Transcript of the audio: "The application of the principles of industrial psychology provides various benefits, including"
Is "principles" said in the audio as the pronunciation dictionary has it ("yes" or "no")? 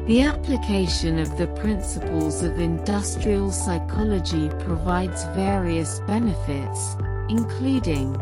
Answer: yes